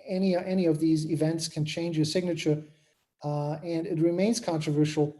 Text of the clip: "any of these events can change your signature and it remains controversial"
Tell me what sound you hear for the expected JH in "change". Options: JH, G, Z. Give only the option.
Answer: JH